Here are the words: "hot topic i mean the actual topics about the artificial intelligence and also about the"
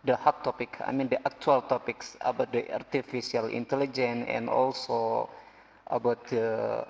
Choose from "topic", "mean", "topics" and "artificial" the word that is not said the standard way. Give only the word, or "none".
artificial